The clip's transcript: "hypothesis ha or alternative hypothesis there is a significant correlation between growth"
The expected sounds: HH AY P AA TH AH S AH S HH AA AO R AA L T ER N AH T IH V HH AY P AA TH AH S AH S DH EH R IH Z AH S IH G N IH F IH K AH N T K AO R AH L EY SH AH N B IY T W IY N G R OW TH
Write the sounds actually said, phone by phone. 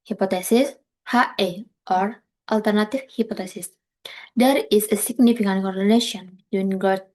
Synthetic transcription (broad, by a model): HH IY P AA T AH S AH S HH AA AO R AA L T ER N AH T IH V HH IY P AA T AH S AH S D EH R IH S AH S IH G N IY F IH K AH N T K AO R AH N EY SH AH N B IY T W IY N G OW